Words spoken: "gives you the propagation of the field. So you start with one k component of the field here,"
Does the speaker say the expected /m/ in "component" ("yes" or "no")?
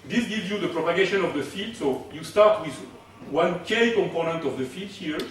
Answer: yes